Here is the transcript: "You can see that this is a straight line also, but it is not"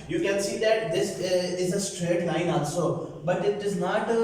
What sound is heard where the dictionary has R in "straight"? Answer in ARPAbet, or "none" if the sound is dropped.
R